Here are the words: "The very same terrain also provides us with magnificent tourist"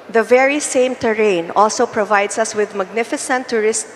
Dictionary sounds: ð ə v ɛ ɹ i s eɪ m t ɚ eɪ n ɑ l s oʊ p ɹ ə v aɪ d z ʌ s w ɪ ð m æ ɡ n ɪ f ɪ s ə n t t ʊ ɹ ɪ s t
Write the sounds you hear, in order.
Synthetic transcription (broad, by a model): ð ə v ɛ ɹ i s eɪ m t ɚ eɪ n ɑ l s oʊ p ɹ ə v aɪ d s ʌ s w ɪ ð m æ ɡ n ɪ f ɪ s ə n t t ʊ ɹ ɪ s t